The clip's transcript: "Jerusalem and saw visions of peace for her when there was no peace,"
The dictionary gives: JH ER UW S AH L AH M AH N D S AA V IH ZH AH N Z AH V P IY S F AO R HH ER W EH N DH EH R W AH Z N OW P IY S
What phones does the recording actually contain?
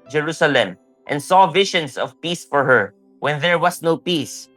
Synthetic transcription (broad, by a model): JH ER UW S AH L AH M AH N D S AA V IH SH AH N S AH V P IY S F AO R HH ER W EH N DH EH R W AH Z N OW P IY S